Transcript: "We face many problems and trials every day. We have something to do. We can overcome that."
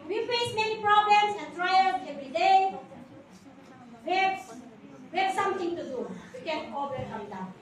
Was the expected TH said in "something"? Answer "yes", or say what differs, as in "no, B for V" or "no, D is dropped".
no, T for TH